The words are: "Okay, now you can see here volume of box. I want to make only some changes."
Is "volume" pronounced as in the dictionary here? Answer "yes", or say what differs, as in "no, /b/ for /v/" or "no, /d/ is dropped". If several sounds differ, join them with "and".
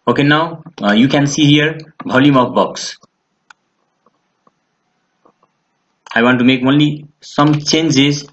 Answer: no, /b/ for /v/